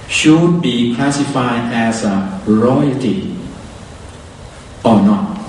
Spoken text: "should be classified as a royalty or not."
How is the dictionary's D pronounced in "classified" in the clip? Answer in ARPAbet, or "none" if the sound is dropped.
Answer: none